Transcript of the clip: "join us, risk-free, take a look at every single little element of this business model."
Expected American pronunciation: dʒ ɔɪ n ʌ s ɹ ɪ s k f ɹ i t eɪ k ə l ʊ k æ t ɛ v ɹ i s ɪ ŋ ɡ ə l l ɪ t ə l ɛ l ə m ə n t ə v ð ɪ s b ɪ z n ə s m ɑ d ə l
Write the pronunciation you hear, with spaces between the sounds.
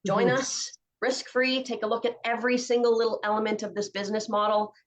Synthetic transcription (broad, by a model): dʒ ɔɪ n ʌ s ɹ ɪ s k f ɹ i t eɪ k ə l ʊ k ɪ t ɛ v ɹ i s ɪ ŋ ɡ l l ɪ t l ɛ l ə m ə n t ə v ð ɪ s b ɪ z n ə s m ɑ d l